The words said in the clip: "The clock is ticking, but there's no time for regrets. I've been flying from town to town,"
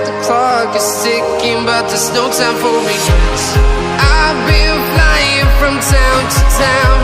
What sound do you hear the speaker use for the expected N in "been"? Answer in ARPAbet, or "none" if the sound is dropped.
L